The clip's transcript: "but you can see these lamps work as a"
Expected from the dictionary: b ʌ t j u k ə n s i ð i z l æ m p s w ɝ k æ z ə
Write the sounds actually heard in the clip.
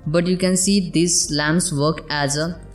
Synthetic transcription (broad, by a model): b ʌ t j u k ə n s i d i s l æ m s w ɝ k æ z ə